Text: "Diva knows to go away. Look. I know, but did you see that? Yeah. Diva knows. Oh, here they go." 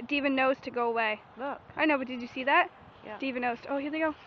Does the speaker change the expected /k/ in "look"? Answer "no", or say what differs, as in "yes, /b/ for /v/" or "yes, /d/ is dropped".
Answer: yes, /k/ is dropped